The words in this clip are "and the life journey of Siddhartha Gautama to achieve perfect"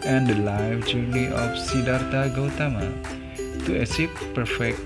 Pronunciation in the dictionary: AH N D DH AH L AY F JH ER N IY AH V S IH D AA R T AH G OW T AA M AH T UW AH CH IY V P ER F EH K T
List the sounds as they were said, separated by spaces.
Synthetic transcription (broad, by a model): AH N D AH L AY F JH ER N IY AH F S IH D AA R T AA G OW T AA M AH T UW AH S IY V P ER F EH K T